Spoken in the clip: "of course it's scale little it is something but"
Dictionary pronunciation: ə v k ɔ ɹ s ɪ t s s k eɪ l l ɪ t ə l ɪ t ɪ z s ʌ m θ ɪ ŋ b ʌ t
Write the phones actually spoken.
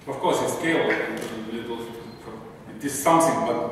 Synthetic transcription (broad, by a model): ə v k ɔ ɹ s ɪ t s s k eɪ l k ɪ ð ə l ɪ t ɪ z s ʌ m θ ɪ ŋ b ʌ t